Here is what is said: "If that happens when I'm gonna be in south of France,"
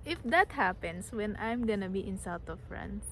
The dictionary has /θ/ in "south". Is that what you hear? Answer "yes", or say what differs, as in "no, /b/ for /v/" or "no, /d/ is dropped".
no, /t/ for /θ/